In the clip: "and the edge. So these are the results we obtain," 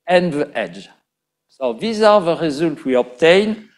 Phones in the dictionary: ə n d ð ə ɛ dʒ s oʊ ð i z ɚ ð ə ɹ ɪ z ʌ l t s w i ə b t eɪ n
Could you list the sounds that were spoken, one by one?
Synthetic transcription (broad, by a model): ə n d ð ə ɛ dʒ s oʊ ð i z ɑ ð ə ɹ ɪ z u l t w i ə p t eɪ n